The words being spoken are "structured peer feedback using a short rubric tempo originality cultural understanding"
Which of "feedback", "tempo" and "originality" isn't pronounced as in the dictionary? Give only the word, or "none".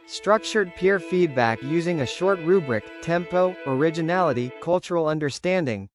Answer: none